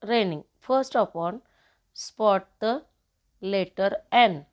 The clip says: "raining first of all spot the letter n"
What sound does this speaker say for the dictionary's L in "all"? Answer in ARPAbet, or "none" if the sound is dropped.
N